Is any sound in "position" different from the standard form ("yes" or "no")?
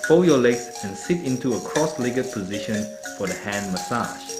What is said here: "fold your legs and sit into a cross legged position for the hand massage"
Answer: no